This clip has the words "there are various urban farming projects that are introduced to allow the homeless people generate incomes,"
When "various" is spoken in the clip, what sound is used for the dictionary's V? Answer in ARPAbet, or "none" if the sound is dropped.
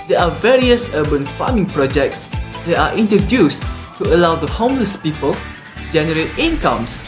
V